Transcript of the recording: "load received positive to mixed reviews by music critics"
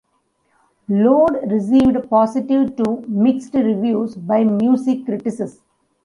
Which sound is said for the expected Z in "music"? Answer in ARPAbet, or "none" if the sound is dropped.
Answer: S